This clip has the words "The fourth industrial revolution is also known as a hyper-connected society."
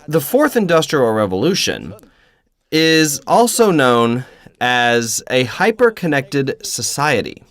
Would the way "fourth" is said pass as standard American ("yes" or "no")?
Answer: yes